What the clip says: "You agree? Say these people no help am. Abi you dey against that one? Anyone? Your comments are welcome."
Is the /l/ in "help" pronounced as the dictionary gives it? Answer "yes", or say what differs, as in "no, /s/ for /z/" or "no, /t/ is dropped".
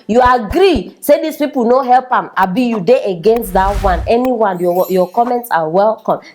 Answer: yes